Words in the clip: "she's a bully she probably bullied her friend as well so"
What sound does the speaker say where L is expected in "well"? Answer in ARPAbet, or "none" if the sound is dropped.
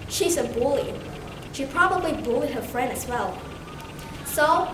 L